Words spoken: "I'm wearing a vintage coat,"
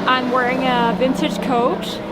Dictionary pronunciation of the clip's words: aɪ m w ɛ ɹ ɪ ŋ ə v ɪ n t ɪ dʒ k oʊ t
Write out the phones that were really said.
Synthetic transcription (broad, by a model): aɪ m w ɛ ɹ ɪ ŋ ə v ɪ n s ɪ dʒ k oʊ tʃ